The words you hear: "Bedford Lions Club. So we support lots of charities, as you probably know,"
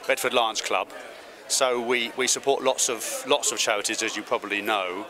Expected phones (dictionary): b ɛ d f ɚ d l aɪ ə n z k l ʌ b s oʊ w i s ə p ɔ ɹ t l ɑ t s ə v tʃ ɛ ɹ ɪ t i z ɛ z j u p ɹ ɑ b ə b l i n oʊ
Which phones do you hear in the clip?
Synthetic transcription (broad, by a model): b ɛ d f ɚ d l aɪ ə n s k l ʌ b s oʊ w i s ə p ɔ l t l ɑ t s ə v tʃ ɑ ɹ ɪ t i z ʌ z j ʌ p ɹ ɑ b ə b l i n oʊ